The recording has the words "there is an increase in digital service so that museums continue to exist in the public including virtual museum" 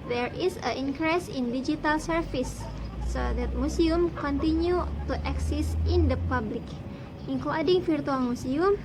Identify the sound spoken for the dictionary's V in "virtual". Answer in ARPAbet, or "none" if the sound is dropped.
F